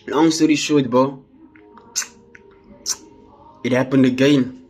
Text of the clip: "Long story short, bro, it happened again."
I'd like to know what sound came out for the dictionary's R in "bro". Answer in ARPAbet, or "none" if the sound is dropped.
none